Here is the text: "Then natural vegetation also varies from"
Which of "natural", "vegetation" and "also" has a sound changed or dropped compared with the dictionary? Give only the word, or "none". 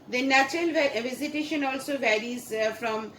vegetation